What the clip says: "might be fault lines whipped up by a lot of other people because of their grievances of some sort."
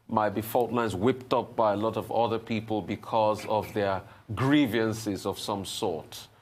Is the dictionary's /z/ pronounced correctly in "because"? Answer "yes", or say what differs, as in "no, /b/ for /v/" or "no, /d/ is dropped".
yes